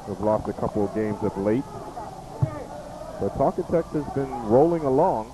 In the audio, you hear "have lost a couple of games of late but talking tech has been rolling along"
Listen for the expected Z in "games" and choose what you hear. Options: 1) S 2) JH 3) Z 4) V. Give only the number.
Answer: 3